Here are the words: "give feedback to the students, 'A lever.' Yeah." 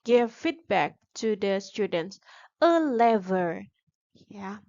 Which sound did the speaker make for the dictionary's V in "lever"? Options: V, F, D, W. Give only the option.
V